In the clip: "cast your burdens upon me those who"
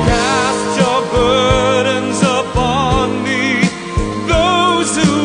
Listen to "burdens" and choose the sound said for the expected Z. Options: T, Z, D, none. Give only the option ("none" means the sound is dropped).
Z